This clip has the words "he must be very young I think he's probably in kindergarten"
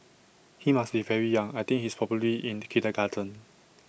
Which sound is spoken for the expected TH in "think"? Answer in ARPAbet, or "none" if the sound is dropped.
T